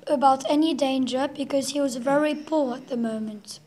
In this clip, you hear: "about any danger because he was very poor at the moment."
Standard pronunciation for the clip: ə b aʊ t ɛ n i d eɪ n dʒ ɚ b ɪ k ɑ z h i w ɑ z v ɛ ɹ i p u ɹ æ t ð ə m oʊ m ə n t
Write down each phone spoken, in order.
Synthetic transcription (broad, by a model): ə b aʊ t ɛ n i d eɪ n dʒ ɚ b ɪ k ɑ z h i w ɑ z v ɛ ɹ i p u ɹ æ t ð ə m oʊ m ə n t